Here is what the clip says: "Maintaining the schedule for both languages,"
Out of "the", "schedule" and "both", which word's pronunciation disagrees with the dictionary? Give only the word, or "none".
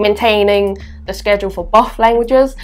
both